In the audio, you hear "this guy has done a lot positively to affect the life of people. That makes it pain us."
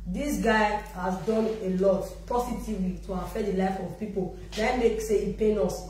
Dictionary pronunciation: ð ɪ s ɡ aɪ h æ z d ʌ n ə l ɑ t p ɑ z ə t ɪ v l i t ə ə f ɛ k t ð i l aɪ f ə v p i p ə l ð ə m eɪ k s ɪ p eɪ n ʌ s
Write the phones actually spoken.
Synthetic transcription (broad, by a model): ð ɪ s ɡ aɪ h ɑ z d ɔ n ə l ɑ t p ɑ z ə t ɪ v l i t ə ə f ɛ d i l aɪ f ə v p i p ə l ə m eɪ k s ɪ p eɪ n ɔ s